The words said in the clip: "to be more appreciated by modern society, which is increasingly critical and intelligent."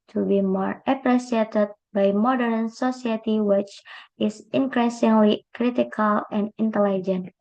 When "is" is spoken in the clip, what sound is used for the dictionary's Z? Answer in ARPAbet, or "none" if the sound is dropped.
S